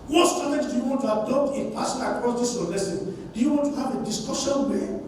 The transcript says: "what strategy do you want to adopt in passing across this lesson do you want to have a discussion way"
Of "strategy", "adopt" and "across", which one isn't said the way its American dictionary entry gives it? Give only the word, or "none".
strategy